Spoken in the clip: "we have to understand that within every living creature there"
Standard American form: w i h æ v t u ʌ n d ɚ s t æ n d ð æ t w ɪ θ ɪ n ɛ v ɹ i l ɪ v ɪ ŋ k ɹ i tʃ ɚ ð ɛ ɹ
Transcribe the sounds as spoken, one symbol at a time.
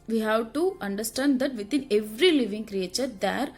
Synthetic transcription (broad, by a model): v i h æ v t u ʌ n d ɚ s t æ n d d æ t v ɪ t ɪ n ɛ v ɹ i l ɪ v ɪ ŋ k ɹ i tʃ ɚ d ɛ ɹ